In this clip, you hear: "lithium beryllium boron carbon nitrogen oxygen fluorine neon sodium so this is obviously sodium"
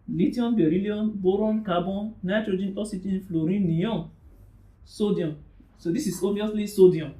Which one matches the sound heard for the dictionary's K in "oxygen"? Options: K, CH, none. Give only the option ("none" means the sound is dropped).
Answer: none